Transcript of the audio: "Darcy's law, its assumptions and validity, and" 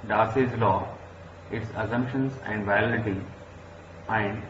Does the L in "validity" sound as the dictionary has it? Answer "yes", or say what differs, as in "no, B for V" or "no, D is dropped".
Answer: no, L is dropped